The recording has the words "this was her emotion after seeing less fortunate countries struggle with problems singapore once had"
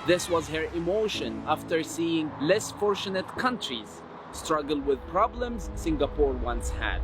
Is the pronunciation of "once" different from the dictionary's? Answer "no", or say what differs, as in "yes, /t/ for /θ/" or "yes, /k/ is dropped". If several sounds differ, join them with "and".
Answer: no